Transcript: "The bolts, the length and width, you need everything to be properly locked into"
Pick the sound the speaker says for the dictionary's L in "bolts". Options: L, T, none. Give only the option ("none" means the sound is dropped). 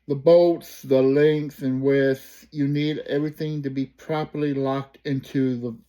none